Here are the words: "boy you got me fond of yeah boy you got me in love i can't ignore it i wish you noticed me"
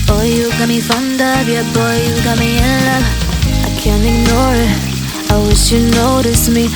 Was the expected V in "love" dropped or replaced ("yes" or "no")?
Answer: yes